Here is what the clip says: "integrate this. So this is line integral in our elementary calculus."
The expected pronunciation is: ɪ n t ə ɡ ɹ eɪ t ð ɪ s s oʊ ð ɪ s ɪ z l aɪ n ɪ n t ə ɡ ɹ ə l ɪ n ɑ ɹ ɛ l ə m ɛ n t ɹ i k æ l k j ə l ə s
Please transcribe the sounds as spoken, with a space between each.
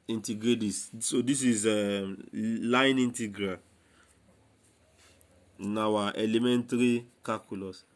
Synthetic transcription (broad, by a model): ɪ n t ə ɡ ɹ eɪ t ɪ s s oʊ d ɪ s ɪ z l aɪ n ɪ n t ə ɡ ɹ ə n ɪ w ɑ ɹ ɛ l ə m ɛ n t ɹ i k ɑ k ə l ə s